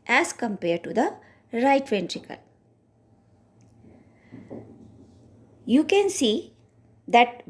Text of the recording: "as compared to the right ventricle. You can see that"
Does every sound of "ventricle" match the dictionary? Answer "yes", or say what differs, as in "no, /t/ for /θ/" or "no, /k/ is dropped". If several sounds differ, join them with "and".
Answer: yes